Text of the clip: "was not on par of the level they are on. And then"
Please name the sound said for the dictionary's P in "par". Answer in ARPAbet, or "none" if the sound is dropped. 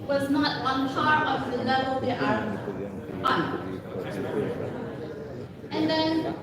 F